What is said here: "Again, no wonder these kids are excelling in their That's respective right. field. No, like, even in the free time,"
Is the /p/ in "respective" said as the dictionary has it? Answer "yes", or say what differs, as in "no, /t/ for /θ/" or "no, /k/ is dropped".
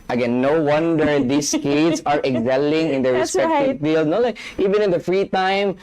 no, /p/ is dropped